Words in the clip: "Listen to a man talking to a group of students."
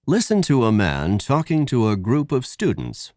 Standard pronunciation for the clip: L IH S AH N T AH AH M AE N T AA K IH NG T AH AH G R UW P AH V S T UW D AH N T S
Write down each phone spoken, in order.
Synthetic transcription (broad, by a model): L IH S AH N T AH AH M AE N T AA K IH NG T AH AH G R UW P AH V S T UW D N T S